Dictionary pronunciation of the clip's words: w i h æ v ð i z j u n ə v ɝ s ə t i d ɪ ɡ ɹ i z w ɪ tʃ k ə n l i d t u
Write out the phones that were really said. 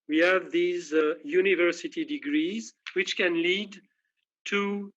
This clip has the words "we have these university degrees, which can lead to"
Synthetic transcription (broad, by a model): w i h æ v ð i z j u n ə v ɝ s ə t i d ɪ ɡ ɹ i z w ɪ tʃ k ə n l i d t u